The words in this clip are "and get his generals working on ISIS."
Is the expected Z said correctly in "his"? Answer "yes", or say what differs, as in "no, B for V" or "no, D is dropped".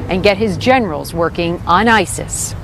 yes